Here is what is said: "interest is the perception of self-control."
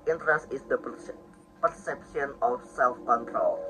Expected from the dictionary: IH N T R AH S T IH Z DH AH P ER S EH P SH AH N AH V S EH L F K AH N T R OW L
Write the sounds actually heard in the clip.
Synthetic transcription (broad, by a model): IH N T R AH S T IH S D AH P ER S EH P S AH N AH F S EH L F K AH N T R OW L